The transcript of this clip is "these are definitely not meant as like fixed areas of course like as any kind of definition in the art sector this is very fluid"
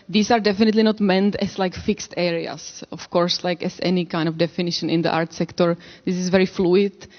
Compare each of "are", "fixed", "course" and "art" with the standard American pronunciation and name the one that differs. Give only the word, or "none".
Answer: none